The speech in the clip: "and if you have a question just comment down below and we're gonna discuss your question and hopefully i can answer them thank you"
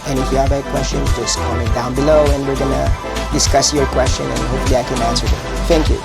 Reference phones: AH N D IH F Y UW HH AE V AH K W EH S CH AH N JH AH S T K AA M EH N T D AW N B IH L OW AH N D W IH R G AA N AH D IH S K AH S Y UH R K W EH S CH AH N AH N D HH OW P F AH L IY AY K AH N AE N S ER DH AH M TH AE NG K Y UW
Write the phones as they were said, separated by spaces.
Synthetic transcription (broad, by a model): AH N IH F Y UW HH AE B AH K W EH S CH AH N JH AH S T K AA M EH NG D AW N B IH L OW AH N W IH R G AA N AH D IH S K AH S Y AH R K W EH S CH AH N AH N HH OW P F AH L IY AY K AH N AE N S ER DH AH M TH AE NG K Y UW